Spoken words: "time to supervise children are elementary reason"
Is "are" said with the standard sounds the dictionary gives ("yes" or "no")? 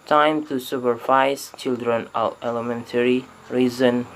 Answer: no